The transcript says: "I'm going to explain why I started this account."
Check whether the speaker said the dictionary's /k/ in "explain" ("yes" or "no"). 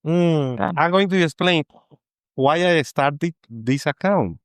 no